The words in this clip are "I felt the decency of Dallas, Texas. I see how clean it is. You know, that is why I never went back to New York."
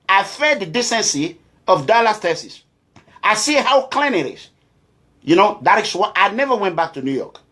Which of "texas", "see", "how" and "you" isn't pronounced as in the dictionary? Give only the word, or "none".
texas